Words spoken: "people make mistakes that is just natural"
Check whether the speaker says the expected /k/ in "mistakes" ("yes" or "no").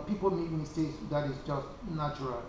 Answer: no